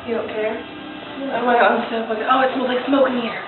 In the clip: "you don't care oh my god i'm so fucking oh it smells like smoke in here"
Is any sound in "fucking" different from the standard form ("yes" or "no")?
yes